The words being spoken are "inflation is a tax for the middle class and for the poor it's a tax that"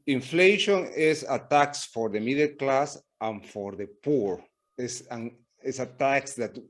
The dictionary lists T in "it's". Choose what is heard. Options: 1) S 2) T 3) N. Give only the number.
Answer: 1